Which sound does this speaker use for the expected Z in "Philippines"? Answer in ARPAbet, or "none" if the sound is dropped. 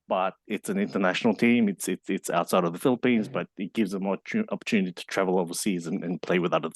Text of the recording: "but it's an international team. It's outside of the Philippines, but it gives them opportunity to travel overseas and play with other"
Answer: Z